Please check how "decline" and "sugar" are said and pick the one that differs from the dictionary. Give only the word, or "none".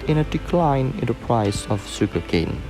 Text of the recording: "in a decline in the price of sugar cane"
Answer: sugar